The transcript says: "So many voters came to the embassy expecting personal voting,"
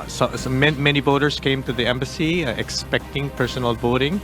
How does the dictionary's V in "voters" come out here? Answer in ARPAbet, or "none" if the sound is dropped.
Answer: B